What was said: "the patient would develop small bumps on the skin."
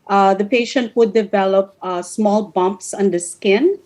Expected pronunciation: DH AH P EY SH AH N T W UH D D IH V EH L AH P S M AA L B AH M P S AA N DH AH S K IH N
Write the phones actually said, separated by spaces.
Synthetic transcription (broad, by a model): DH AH P EY SH AH N T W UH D D IH V EH L AH P S M AA L B AH M P S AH N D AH S K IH N